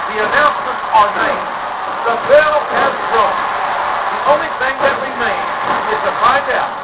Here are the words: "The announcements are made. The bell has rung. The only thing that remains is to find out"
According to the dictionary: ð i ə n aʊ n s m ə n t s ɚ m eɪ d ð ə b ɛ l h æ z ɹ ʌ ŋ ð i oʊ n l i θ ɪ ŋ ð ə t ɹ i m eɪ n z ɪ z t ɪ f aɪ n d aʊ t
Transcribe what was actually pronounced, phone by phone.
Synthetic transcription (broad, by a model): ð i ə n aʊ n s m ə n t s ɚ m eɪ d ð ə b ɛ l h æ s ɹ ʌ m ð i oʊ n l i θ ɪ ŋ ð ə t w i m eɪ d ɪ z t ɪ f aɪ n d aʊ t